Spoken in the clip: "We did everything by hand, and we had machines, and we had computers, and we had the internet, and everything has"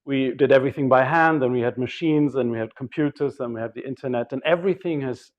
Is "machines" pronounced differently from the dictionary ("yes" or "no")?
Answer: no